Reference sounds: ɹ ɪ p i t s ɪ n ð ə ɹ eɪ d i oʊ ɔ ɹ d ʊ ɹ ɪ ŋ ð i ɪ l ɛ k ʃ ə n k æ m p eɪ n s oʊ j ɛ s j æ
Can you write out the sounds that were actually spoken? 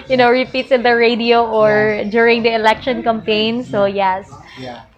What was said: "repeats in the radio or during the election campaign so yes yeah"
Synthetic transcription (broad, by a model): ɹ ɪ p i t s ɪ n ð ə ɹ eɪ d i oʊ ɔ ɹ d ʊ ɹ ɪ ŋ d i ɪ l ɛ k ʃ ə n k æ m p eɪ n s oʊ j ɛ s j